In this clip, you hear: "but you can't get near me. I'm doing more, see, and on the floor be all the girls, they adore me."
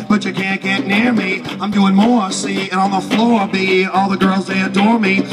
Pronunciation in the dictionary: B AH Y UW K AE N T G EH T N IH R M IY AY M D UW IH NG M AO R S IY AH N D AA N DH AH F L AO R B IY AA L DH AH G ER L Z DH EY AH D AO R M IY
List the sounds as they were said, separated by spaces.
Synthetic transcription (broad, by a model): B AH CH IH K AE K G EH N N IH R M IY AY M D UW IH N M AO R S IY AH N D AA N DH AH F L AO R B IY AA L DH AH G ER L Z DH EY AH D AO R M IY